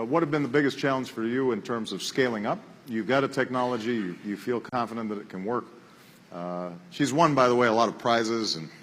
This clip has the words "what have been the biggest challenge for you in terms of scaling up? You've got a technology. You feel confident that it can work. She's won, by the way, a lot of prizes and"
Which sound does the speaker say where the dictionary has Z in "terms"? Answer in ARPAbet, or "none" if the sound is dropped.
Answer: Z